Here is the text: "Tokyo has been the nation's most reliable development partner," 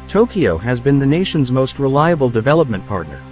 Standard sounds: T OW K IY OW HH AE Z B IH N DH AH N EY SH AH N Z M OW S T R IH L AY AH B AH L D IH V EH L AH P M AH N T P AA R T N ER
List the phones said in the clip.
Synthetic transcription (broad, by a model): T OW K IY OW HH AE Z B IH N DH AH N EY SH AH N Z M OW S T R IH L AY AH B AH L D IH V EH L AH P M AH N P AA R T N ER